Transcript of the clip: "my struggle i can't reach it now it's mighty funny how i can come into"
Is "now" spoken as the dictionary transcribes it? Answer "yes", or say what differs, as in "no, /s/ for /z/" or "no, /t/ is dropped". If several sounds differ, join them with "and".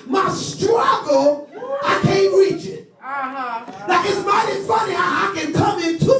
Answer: no, /l/ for /n/